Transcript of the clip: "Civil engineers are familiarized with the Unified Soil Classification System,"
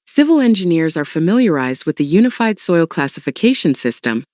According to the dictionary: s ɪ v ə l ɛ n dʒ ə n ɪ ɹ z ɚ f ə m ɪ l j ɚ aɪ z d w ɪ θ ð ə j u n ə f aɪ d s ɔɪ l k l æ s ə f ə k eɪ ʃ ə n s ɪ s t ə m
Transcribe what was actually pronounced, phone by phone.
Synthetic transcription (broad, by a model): s ɪ v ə l ɛ n dʒ ə n ɪ ɹ z ɚ f ə m ɪ l j ɚ aɪ z d w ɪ ð ə j u n ə f aɪ d s ɔɪ l k l æ s ə f ə k eɪ ʃ ə n s ɪ s t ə m